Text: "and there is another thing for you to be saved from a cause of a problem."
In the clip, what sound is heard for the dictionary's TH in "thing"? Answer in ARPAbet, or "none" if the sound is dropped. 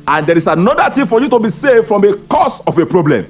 T